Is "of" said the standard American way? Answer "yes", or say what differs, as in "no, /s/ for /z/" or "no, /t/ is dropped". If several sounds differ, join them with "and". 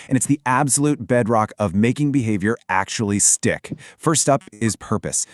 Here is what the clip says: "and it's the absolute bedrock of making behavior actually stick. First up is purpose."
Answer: yes